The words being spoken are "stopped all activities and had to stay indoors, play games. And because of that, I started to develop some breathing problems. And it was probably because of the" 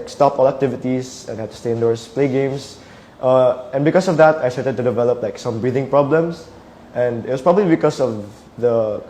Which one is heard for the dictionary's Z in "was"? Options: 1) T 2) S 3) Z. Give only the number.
2